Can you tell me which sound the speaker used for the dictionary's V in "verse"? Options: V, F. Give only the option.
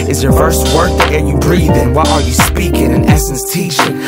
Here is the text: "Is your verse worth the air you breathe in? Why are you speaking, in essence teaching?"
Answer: F